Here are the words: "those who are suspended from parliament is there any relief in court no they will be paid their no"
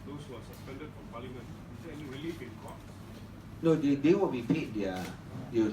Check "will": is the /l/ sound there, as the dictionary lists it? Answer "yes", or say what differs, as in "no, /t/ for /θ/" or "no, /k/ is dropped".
no, /w/ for /l/